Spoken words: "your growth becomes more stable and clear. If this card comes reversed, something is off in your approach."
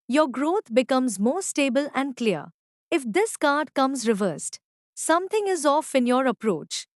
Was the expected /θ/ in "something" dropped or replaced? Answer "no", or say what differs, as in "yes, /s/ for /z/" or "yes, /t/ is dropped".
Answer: yes, /t/ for /θ/